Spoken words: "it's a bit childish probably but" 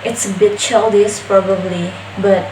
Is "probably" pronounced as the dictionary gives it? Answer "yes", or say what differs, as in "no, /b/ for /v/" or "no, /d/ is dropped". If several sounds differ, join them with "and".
yes